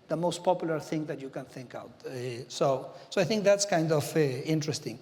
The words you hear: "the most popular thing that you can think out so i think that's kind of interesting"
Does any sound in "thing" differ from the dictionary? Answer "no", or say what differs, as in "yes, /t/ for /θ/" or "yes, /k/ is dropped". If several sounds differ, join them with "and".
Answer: no